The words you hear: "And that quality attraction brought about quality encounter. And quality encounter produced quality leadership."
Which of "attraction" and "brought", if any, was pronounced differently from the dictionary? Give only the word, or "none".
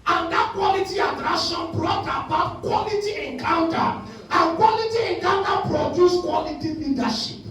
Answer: attraction